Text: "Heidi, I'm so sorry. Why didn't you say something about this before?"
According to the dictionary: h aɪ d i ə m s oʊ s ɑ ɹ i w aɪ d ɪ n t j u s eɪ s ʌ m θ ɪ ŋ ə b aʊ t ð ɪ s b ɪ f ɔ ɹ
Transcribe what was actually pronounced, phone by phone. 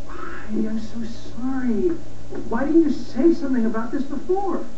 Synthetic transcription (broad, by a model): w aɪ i ə m s oʊ s ɑ ɹ i w aɪ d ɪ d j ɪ s eɪ s ʌ m θ ɪ ŋ ə b aʊ t ð ɪ s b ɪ f ɔ ɹ